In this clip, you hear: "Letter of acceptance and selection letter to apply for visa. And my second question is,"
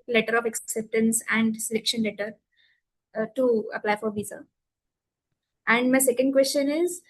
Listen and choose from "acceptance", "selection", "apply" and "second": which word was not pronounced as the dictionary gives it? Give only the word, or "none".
none